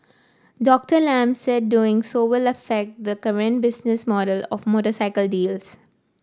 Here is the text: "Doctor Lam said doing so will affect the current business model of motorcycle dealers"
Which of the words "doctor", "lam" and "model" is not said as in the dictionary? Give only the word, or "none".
none